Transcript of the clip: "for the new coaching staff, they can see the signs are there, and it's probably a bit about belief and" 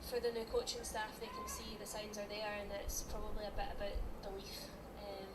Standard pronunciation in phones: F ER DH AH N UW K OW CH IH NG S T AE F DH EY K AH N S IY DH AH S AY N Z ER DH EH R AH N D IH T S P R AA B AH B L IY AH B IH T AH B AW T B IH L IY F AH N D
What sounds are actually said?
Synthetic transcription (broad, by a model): F ER DH AH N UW K OW CH IH NG S T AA F DH EY K AH N S IY DH AH S AY N Z ER DH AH R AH N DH IH T S P R AA B AH B L IY AH B IH T AH B AW T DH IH W IY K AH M